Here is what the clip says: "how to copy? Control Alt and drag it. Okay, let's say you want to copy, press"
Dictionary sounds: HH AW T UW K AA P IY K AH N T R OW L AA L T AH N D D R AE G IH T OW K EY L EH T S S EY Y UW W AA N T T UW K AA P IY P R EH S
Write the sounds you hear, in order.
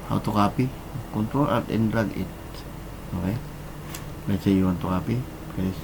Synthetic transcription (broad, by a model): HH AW T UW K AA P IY K AH N T R OW L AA T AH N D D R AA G IH T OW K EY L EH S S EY Y UW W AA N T T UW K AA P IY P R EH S